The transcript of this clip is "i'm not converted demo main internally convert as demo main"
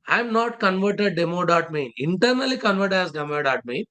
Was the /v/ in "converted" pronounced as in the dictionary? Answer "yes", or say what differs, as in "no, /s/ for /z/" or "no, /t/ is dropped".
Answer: yes